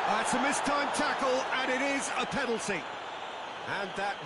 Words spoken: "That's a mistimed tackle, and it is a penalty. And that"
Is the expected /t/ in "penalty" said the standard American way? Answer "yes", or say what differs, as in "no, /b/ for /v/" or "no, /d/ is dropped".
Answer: no, /s/ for /t/